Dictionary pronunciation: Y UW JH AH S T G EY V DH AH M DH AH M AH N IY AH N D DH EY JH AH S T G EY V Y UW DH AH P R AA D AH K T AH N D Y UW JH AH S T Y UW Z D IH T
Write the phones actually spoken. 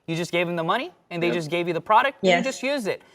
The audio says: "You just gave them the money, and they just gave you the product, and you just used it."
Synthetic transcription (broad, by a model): Y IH JH AH S G EY V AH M DH AH M AH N IY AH N DH EY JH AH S G EY V Y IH DH AH P R AA D AH K T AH JH AH S T Y UW Z D IH T